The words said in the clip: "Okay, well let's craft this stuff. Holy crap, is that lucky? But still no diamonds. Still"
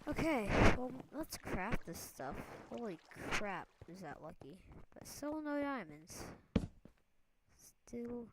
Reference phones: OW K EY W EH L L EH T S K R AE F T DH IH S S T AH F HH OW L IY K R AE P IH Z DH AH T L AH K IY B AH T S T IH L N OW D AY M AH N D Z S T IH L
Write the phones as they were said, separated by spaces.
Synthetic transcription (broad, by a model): OW K EY W EH L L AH T S K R AE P DH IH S S T AH F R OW L IY K R AE P IH Z DH AH T L AH K IY B AH T S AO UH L N OW D AY M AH N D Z S T IH L